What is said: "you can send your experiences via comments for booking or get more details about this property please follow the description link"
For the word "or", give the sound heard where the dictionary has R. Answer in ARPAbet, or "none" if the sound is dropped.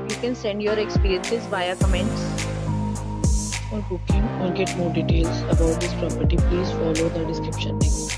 L